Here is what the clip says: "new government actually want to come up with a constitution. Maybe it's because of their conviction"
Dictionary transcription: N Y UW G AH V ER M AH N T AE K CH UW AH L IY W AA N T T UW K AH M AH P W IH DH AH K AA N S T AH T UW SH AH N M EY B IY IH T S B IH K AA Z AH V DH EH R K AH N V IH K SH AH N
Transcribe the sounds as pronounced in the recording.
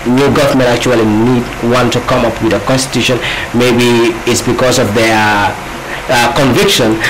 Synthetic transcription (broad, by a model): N Y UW G AH V ER M AH N T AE K CH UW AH N IY W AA N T T UW K AH M AH P W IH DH AH K AA N S T AH T UW SH AH N M EY B IY IH T S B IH K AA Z AH V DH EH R K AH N V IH K SH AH N